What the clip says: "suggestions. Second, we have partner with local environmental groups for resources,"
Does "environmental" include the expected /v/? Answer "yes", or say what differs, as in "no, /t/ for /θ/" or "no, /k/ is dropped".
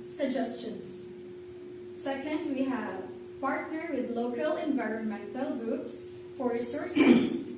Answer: yes